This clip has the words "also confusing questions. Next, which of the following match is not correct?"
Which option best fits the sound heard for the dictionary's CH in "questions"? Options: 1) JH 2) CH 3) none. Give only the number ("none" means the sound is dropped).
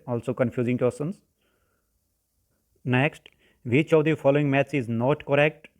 3